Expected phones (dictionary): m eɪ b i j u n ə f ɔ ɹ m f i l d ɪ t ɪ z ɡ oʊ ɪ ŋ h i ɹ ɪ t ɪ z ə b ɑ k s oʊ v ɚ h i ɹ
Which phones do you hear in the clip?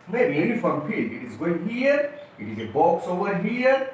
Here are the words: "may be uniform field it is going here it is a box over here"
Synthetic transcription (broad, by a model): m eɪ b i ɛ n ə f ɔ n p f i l ɪ t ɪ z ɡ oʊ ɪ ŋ h i ɹ ɪ t ɪ z ə b ɑ k s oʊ ɚ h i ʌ